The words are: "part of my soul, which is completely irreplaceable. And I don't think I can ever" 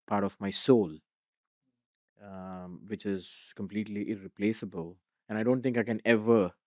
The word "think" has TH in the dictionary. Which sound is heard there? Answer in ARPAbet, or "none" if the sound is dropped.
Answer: T